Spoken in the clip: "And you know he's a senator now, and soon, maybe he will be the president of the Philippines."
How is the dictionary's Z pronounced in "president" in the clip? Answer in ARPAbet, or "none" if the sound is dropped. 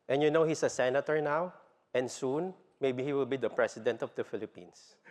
S